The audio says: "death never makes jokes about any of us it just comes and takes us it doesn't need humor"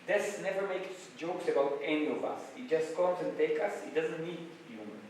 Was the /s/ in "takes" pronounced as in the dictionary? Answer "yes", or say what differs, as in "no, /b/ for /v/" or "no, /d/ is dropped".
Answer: no, /s/ is dropped